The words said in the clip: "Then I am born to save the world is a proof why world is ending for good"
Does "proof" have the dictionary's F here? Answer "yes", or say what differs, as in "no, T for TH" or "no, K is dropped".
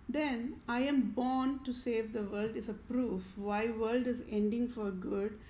yes